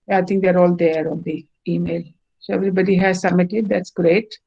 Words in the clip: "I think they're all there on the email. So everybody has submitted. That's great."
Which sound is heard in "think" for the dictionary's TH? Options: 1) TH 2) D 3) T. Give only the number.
3